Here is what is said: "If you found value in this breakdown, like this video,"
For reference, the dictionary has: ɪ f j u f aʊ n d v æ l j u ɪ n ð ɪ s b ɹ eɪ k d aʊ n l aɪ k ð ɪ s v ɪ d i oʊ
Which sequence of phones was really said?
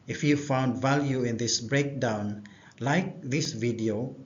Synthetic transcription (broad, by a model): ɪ f j u f aʊ n d v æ l j u ɪ n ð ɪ s b ɹ eɪ k d aʊ n l aɪ k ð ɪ s v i d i oʊ